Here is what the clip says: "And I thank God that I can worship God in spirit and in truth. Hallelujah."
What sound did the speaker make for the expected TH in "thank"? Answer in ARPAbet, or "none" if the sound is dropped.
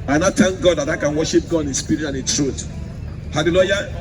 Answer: T